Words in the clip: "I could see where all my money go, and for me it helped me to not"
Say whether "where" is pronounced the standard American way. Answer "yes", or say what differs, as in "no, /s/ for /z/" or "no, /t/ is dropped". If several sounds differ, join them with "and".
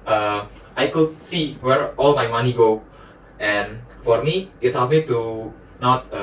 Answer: yes